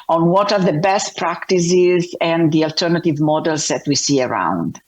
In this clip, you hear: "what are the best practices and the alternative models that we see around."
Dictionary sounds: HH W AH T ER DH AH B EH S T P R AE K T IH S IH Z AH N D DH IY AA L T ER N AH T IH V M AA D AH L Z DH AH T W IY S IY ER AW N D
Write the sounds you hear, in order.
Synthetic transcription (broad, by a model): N W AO T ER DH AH B EH S T P R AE K T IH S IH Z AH N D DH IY AA L T ER N AH T IH V M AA D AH L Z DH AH T W IY S IY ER AW N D